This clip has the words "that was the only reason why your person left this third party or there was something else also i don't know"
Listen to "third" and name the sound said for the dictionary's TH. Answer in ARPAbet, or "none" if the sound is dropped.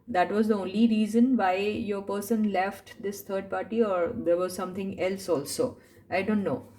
T